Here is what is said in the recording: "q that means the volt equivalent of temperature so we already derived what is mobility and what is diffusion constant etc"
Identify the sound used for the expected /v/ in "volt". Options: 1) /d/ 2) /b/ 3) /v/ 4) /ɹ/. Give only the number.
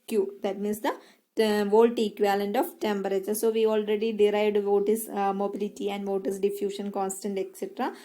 3